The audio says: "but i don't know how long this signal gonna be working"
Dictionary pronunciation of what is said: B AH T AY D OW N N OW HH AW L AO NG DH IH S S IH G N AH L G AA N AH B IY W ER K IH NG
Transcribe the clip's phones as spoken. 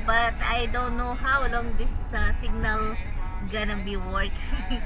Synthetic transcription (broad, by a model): B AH T AY D OW N N OW HH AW L AO NG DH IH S S IH G N AH L G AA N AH B IY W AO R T